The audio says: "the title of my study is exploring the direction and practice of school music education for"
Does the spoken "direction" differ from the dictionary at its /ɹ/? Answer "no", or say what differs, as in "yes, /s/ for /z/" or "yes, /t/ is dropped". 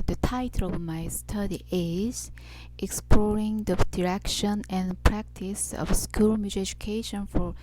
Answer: no